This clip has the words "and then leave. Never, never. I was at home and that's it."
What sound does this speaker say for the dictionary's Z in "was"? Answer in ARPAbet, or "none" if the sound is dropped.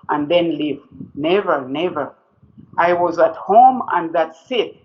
Z